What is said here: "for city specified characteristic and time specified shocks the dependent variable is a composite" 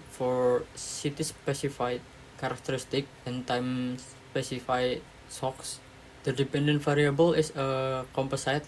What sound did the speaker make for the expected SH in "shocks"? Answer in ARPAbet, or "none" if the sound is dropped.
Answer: S